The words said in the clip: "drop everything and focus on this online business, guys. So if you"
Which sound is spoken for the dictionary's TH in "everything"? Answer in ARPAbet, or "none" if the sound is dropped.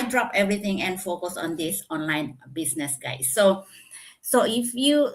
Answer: T